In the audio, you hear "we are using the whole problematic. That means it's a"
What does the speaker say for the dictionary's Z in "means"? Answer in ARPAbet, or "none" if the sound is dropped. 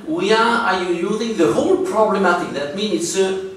none